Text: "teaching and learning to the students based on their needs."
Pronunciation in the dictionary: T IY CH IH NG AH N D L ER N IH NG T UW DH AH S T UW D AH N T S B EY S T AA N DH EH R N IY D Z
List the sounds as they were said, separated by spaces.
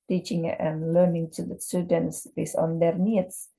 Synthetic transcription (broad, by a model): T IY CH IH NG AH N L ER N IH NG T UW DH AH S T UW D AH N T S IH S AA N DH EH R N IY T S